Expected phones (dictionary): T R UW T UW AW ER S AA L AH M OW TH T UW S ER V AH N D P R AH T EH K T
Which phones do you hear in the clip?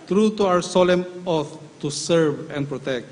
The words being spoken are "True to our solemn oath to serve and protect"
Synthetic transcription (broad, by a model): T R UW T UW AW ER S AA L AH M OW T T UW S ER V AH N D P R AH T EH K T